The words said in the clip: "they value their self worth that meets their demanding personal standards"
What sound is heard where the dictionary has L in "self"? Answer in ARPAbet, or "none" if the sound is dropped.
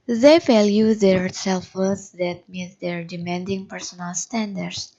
L